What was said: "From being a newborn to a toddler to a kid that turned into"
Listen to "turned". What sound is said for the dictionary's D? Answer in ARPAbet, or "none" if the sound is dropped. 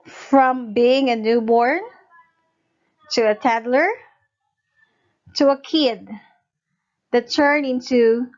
none